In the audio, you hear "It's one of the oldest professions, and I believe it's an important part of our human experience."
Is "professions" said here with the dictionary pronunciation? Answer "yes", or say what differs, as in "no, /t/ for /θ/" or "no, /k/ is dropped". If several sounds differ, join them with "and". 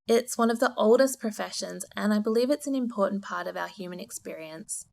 yes